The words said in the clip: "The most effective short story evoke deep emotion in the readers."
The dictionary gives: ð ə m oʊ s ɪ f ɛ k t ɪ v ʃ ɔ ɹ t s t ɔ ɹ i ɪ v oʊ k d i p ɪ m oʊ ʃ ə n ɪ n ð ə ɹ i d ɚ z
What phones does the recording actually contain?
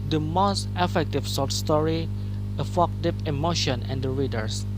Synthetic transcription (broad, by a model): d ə m oʊ s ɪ f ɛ k t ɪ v s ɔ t s t ɔ ɹ i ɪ f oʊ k d i p ɪ m oʊ ʃ ə n ɪ n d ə ɹ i d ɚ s